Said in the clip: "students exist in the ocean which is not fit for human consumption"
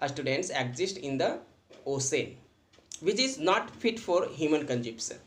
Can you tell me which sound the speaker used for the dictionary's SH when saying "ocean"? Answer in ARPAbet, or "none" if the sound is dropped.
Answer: S